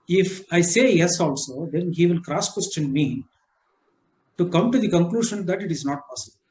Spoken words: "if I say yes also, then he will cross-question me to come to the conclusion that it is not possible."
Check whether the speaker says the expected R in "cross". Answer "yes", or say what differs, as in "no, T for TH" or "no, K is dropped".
yes